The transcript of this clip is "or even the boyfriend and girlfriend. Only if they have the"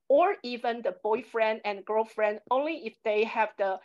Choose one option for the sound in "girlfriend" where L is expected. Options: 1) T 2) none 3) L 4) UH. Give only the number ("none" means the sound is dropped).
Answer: 3